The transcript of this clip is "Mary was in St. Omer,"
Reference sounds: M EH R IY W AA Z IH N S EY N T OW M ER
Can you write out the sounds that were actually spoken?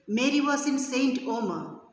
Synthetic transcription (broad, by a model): M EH R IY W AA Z IH N S EY N T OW M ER